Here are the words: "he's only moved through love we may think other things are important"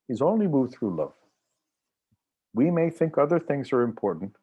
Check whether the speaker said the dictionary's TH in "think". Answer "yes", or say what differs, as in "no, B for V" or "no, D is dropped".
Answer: yes